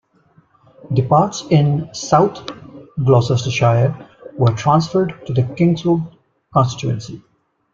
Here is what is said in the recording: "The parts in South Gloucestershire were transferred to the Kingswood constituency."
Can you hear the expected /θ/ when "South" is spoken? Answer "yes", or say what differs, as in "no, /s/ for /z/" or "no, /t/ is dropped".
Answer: no, /t/ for /θ/